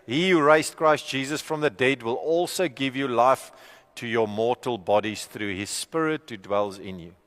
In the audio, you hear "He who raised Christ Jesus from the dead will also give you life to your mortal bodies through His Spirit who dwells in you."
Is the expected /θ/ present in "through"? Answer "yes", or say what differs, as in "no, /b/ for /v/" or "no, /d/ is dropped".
yes